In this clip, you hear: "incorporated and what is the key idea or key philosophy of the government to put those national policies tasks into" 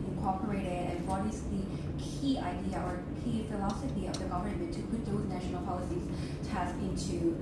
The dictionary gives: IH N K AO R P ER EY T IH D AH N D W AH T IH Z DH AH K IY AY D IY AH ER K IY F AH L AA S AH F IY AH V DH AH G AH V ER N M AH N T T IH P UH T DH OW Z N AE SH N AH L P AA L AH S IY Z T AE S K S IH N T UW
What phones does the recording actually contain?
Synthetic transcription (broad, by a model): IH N K AO R P ER EY T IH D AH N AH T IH S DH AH K IY AY D IY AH ER K IY F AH L AA S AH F IY AH V DH AH G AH V ER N M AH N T T IH P UH T DH OW Z N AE SH N L P AA L AH S IY Z T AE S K IH N T UW